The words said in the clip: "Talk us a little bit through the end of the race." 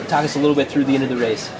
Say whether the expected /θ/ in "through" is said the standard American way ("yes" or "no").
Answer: yes